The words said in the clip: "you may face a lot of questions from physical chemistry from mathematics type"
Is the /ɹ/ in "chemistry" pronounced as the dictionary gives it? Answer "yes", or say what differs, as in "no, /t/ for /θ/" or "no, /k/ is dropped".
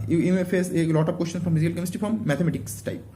no, /ɹ/ is dropped